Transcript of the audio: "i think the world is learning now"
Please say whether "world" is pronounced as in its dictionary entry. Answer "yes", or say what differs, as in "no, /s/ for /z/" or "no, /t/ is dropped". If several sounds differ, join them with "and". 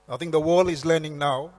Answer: no, /d/ is dropped